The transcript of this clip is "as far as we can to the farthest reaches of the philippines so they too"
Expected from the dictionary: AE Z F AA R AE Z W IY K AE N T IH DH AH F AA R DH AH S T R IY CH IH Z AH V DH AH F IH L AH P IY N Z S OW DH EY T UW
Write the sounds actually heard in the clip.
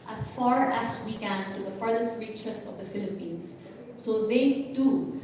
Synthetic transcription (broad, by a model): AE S F AA R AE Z W IY K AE N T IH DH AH F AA R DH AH S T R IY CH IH S AH V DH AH F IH L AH P IY N S OW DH EY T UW